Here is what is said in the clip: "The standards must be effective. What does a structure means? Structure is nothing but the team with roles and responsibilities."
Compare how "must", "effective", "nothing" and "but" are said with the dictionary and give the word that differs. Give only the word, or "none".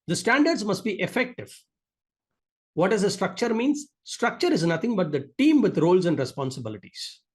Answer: nothing